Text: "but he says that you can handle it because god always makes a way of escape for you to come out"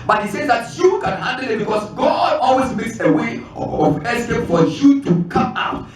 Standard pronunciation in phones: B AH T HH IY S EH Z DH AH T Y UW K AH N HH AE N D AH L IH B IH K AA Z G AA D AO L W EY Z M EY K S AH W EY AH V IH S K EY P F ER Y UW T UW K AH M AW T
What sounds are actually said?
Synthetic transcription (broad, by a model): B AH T HH IY S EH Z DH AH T Y UW K AH N HH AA N D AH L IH B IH K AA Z G AA D AO L W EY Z M EY K S AH W EY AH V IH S EY F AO Y UW T UW K AH M AW T